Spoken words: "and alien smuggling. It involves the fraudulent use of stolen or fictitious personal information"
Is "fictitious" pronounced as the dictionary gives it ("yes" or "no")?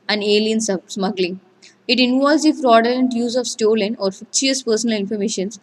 no